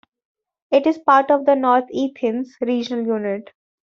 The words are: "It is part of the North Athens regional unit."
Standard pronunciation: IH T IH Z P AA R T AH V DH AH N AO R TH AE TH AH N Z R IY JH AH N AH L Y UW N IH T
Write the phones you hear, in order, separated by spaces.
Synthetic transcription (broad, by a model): IH T IH Z P AA R T AH V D AH N AO R T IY T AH N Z R IY JH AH N AH L Y UW N IH T